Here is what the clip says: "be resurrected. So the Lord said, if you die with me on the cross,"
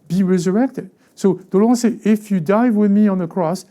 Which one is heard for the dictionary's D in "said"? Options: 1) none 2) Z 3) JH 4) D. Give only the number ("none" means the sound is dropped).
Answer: 1